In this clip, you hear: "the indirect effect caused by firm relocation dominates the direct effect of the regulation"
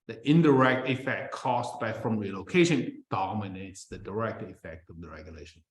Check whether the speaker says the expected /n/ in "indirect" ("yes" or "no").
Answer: yes